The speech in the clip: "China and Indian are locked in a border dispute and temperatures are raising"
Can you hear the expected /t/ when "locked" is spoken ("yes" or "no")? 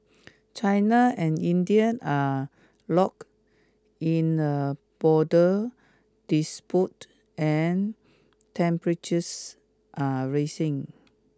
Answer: no